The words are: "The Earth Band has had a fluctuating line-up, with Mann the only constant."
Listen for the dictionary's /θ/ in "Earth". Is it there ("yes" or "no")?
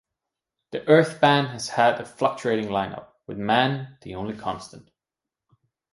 yes